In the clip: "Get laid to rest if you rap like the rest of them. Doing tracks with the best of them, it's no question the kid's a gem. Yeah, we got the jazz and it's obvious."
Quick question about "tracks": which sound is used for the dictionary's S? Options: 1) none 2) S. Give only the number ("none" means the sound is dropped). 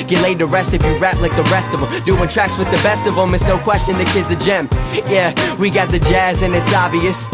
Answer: 2